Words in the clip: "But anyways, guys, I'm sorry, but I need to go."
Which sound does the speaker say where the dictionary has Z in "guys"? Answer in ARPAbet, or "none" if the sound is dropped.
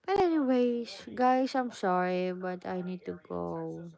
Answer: S